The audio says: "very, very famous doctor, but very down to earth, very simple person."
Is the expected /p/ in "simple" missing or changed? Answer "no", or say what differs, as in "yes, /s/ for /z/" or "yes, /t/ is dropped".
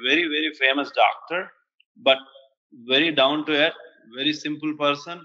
no